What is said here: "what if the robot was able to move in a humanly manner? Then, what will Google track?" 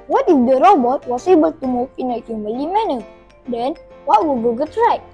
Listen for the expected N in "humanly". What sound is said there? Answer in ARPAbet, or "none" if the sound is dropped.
none